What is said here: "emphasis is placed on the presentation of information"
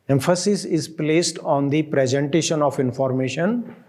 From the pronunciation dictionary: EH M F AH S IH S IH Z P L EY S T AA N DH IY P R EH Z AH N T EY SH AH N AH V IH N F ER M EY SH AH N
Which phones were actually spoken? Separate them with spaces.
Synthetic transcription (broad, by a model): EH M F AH S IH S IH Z P L EY S T AA N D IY P R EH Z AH N T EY SH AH N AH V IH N F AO M EY SH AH N